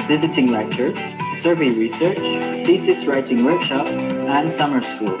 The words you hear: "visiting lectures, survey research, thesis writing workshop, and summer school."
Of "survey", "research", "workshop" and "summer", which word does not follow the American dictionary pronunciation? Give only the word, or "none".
none